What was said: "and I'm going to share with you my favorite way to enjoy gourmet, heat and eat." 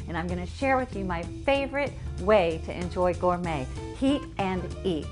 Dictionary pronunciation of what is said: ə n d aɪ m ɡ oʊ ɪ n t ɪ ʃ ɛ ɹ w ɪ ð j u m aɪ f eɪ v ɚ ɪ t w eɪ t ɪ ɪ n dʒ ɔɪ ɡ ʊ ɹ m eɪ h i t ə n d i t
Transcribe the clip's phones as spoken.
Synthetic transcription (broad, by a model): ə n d aɪ m ɡ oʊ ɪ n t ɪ ʃ ɛ ɹ w ɪ ð j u m aɪ f eɪ v ɚ ɪ t w eɪ t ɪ ɪ n dʒ ɔɪ ɡ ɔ ɹ m eɪ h i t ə n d i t